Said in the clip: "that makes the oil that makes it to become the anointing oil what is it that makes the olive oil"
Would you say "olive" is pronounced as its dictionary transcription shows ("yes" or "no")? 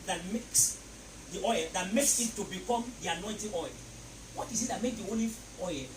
no